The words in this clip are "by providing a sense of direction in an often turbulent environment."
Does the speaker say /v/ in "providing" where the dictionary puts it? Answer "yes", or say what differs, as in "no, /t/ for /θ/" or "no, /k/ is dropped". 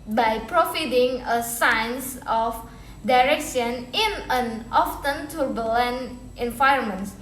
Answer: no, /f/ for /v/